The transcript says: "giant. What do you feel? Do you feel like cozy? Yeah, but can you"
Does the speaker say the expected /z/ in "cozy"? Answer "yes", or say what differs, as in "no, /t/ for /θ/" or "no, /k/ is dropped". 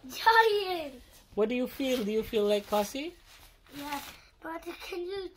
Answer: no, /s/ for /z/